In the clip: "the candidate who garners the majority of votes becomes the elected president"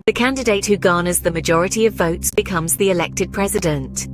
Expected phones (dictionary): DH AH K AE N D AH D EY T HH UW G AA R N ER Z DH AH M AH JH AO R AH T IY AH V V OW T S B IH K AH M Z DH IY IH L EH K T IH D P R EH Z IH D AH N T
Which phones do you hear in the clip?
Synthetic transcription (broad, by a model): DH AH K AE N D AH D EY T HH UW G AA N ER Z DH AH M AH JH AO R AH T IY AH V V OW T S B IH K AH M Z DH IY IH L EH K T IH D P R EH Z IH D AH N T